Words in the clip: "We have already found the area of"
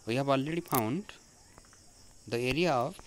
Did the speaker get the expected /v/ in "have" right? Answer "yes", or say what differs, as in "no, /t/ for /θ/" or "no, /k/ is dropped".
no, /b/ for /v/